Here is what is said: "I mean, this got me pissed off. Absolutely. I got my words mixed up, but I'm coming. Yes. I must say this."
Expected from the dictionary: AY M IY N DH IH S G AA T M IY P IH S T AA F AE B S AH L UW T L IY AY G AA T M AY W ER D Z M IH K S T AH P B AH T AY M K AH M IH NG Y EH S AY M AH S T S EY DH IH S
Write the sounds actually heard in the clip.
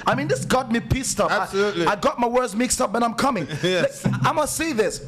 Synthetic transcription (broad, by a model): AY M IY N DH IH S G AA T M IY P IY S T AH P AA S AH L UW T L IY AY G AA T M AY W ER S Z M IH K S T AH P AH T AY M K AH M IH NG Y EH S AY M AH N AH S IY DH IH S